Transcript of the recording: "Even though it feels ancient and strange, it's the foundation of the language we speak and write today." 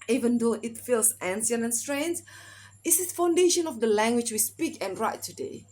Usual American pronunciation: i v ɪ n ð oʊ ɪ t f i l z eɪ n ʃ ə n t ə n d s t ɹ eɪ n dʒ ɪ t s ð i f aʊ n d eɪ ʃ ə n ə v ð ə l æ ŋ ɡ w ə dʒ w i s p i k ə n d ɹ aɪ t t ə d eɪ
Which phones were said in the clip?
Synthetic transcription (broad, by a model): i v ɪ n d oʊ ɪ t f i l s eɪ n s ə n ə n s t ɹ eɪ n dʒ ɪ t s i f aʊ n d eɪ ʃ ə n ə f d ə l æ ŋ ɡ w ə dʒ w i s p i k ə n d ɹ aɪ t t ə d eɪ